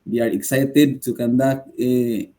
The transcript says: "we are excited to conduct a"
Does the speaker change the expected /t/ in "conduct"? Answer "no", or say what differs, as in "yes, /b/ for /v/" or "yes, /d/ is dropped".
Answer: yes, /t/ is dropped